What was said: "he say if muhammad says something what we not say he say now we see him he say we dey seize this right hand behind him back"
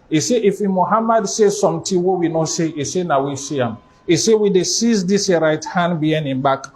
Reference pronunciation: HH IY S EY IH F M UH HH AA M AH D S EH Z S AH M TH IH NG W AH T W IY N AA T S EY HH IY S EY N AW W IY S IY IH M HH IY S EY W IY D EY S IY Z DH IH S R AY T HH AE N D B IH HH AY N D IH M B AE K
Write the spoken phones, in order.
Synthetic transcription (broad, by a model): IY S EY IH F M UH HH AA M AH D S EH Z S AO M T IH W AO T W IY N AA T S EY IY S EY N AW W IY S IY IH M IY S EY W IY D EY S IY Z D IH S R AY T HH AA N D B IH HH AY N IH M B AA K